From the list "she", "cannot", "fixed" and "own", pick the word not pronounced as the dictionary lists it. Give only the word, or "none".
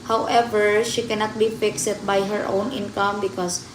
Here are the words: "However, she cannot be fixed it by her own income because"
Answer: fixed